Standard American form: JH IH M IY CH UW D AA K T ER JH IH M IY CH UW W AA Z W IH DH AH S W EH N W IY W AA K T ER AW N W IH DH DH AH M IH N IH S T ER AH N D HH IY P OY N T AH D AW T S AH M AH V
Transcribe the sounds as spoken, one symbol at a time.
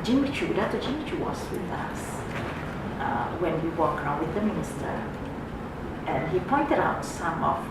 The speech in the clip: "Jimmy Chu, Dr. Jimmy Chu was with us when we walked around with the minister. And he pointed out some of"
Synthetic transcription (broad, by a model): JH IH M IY CH UW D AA T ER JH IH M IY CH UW W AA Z W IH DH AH S W EH N W IY W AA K ER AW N W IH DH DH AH M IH N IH S T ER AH N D HH IY P OY N T AH D AW T S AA M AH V